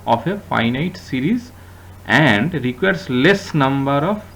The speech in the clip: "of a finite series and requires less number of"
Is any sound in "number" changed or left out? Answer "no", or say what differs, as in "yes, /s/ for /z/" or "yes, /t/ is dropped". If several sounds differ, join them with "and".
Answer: no